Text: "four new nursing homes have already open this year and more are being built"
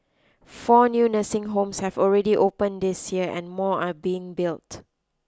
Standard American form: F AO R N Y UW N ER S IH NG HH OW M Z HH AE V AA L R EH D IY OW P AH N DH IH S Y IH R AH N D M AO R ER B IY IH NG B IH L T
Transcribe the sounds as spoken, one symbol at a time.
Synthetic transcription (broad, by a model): F AO N Y UW N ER S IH NG HH OW M S HH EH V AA L R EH D IY OW P AH N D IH S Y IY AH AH N M AO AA B IY IH NG B IH L T